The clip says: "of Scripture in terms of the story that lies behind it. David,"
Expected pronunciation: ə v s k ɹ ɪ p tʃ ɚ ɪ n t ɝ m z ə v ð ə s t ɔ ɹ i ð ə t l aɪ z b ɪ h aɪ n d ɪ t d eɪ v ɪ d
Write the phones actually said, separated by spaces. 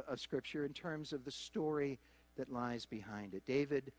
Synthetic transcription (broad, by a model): ə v s k ɹ ɪ p tʃ ɚ ɪ n t ɝ m z ə v ð ə s t ɔ ɹ i ð ə t l aɪ z b ɪ h aɪ n d ɪ t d eɪ v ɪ d